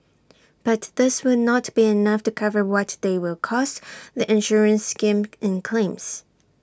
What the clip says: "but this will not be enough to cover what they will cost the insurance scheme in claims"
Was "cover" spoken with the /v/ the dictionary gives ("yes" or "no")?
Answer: yes